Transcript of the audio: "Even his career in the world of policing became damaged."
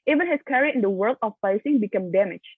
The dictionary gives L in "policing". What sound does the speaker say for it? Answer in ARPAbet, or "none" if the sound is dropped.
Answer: none